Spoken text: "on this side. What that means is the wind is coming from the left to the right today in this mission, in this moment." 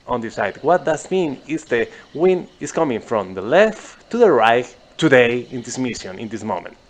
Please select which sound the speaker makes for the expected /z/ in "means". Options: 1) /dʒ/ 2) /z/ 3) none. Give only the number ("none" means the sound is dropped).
3